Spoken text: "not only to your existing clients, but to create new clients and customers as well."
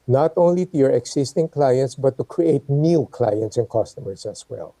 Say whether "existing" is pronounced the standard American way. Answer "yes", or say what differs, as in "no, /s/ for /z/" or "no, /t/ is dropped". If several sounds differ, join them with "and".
no, /s/ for /z/